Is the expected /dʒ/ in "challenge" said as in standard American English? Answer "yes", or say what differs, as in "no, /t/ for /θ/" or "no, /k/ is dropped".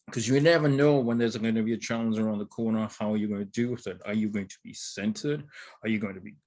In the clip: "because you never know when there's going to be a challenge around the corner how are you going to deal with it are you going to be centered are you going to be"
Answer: no, /z/ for /dʒ/